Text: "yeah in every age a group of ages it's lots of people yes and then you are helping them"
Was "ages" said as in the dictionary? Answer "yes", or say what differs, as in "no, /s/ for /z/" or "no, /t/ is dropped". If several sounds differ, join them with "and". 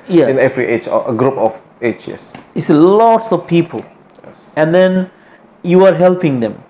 no, /tʃ/ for /dʒ/ and /s/ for /z/